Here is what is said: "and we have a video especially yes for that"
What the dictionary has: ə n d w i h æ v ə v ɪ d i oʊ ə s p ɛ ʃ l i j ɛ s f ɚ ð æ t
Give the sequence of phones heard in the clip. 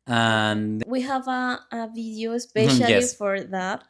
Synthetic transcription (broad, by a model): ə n w i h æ v ə v ɪ d i oʊ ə s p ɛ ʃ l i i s f ɚ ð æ t